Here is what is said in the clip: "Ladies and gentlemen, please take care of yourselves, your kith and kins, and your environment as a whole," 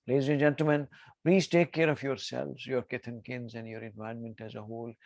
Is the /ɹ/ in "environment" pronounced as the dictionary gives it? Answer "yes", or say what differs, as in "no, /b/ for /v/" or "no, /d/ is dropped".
no, /ɹ/ is dropped